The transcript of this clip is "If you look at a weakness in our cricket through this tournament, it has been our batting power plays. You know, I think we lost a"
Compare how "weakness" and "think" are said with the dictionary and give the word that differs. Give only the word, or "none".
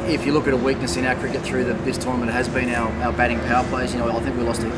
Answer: none